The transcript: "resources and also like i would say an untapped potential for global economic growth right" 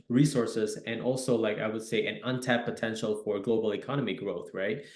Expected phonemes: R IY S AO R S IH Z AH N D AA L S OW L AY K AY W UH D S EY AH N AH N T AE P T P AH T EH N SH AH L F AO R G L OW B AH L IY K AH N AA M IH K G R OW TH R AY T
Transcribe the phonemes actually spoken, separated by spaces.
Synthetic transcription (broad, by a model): R IY S AO R S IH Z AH N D AA L S OW L AY K AY W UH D S EY AH N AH N T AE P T P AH T EH N SH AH L F AO R G L OW B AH L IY K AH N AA M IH G R OW TH R AY T